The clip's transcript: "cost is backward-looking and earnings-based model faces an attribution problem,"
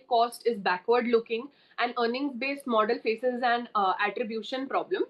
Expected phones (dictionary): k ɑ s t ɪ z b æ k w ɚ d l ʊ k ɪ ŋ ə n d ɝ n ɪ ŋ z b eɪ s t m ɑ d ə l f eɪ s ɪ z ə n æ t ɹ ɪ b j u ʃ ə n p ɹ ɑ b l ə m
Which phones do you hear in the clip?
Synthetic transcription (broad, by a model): k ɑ s t ɪ z b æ k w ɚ d l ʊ k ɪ ŋ ə n d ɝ n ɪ ŋ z b eɪ s t m ɑ d ə l f eɪ s ɪ z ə n æ t ɹ ɪ b j u ʃ ə n p ɹ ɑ b l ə m